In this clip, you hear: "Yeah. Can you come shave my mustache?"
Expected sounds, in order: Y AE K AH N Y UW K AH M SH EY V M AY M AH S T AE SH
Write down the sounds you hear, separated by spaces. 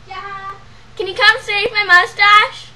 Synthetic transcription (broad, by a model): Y K AH N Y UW K AH M S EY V M AY M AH S T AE SH